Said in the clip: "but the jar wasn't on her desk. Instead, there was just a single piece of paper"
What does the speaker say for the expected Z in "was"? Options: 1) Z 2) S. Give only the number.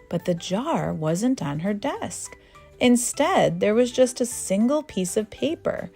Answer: 1